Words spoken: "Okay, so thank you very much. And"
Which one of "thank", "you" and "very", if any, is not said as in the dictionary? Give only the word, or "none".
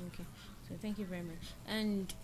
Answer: none